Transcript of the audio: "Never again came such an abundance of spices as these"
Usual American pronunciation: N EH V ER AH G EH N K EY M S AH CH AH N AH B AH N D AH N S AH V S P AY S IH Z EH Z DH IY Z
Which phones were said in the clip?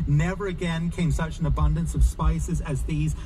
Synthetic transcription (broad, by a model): N EH V ER AH G EH N K EY M S AH CH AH N AH B AH N D AH N S AH V S P AY S IH Z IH Z DH IY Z